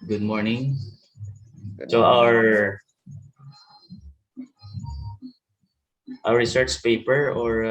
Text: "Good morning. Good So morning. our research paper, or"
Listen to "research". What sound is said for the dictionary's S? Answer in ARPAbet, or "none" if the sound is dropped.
S